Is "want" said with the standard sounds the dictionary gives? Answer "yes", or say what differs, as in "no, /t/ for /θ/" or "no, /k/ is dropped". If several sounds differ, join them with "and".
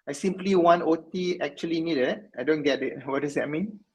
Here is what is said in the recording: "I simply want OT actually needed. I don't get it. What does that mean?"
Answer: no, /t/ is dropped